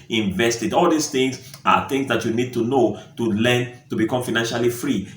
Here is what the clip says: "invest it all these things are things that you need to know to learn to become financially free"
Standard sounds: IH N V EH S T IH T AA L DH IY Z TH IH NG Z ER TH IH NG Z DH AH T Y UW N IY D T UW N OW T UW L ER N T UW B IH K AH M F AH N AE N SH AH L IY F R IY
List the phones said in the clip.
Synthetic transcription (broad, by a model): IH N V EH S T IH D AA L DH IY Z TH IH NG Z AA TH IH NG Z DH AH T Y UW N IY D T UW N OW T UW L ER N T UW B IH K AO M F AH N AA N SH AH L IY F R IY